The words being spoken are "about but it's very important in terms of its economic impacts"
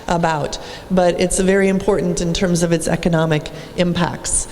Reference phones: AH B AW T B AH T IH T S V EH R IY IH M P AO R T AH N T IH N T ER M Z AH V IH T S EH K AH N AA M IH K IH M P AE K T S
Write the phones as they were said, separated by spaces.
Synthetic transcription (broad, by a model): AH B AW T B AH T IH T S V EH R IY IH M P AO R T N T IH N T ER M Z AH V IH T S EH K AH N AA M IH K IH M P AE K T S